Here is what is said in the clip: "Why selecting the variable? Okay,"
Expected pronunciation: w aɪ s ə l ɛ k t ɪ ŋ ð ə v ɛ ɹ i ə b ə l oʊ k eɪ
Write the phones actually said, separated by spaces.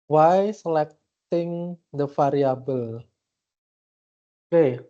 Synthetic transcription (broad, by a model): w aɪ s ə l ɛ k t ɪ ŋ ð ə f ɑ ɹ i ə b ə l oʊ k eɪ